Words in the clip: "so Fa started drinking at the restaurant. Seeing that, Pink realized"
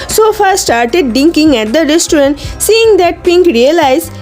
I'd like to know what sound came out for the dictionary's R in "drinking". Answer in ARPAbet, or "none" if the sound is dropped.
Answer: none